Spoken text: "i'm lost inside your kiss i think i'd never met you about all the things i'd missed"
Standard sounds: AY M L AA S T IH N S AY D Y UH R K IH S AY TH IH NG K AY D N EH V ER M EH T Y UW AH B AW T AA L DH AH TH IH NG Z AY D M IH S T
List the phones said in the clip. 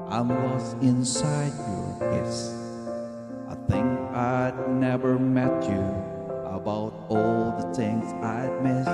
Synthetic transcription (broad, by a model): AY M W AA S IH N S AY D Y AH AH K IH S AY TH IH NG K AY D N EH V ER M EH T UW AH B AW T AA L DH AH TH IH NG Z AY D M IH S